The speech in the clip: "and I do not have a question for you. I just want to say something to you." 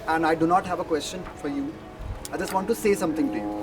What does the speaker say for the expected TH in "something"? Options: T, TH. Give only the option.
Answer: T